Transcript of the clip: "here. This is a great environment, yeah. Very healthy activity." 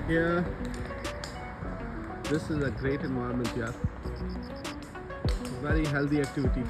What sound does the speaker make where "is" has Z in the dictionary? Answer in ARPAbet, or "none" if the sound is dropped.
Z